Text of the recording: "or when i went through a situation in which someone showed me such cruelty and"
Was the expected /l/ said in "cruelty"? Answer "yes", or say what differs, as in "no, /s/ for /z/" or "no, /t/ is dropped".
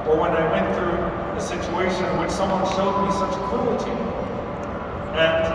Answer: no, /l/ is dropped